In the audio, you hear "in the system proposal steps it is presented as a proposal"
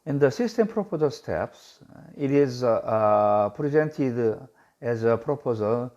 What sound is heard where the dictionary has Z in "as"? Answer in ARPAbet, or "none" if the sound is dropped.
Z